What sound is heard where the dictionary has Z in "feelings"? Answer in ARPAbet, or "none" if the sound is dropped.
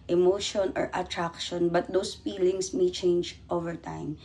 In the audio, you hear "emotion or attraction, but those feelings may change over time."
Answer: S